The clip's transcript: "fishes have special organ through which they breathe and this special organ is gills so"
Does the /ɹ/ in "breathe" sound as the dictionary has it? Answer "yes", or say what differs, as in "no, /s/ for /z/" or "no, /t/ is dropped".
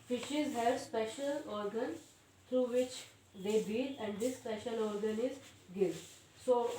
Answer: no, /ɹ/ is dropped